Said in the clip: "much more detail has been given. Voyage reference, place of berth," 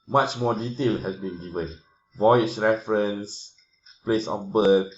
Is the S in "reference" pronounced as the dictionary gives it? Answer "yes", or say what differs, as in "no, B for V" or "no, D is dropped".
yes